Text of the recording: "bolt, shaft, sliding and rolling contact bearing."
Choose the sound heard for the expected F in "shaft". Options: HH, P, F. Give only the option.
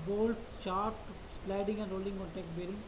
P